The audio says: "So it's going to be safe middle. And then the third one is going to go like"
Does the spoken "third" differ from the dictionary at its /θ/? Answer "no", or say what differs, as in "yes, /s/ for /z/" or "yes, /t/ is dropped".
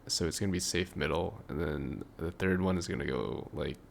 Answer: no